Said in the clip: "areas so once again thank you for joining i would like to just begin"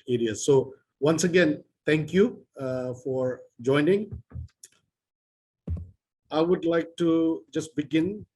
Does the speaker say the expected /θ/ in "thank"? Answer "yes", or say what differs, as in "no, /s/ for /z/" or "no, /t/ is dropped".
no, /t/ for /θ/